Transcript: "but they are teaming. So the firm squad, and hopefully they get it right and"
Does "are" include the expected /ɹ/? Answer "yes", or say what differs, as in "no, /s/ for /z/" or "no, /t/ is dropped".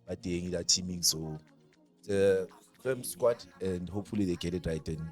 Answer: no, /l/ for /ɹ/